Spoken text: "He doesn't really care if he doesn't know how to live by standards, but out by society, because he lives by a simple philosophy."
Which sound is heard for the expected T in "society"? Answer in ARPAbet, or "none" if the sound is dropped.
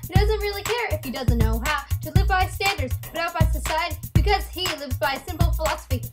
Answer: T